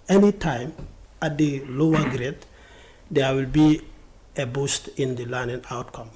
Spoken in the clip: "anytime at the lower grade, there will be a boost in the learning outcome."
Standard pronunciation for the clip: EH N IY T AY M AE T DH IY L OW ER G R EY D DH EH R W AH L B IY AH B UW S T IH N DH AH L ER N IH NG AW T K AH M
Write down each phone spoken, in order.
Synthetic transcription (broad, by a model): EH N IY T AY M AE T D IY L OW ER G R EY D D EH W AH L B IY AH B UW S T IH N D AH L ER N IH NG AW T K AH M